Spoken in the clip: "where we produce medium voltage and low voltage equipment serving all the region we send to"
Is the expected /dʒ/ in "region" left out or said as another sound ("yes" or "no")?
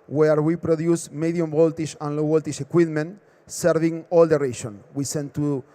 yes